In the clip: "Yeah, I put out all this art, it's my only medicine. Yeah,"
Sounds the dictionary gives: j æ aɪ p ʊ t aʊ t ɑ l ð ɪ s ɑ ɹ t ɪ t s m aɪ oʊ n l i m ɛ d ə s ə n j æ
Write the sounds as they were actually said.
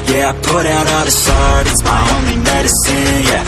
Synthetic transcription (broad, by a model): j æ aɪ p ʊ t aʊ t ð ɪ ʃ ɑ ɹ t ɪ t s m aɪ oʊ n l i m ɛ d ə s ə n j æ